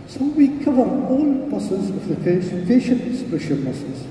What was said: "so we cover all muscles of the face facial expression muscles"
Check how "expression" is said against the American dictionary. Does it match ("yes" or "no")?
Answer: no